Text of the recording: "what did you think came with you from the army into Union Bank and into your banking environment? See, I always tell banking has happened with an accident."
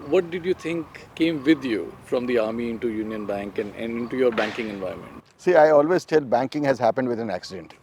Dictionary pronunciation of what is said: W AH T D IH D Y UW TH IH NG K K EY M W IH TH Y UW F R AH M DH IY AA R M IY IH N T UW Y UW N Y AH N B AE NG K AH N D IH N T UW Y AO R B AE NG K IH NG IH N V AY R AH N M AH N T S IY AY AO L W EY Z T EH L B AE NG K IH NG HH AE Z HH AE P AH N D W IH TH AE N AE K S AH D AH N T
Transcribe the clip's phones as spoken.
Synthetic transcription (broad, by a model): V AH T D IH D Y UW T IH NG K K EY M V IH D Y UW F R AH M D IY AA R M IY IH N T UW Y UW N Y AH N B AE NG K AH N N IH N T UW Y AO R B AE NG K IH NG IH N V AY AH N M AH N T S IY AY AO L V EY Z T EH L B AE NG K IH NG HH AE Z HH AE P AH N D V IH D AE N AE K S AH D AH N T